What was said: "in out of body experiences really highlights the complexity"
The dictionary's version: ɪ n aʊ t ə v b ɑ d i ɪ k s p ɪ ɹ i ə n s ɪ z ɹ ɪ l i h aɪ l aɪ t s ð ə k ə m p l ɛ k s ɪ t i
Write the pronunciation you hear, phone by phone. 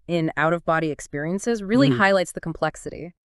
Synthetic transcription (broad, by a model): ɪ n aʊ t ə v b ɑ d i ɪ k s p ɪ ɹ i ə n s ɪ z ɹ ɪ l i h aɪ l aɪ t s ð ə k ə m p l ɛ k s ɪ t i